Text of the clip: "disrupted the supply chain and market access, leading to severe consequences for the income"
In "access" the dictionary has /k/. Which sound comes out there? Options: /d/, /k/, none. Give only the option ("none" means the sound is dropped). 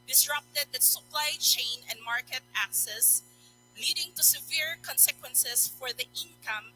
/k/